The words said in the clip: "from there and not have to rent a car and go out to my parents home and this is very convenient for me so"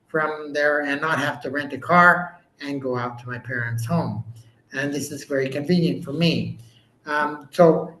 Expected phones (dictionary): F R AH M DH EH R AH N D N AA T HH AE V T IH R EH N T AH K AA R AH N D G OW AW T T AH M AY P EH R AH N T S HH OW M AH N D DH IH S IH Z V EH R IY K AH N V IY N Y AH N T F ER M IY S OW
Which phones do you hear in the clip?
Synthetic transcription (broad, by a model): F R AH M DH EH R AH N N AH T HH AE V T IH R EH N T AH K AA R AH N G OW AW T T AH M AY P EH R AH N T S HH OW M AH N DH IH S IH Z V EH R IY K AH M V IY N Y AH N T F ER M IY S OW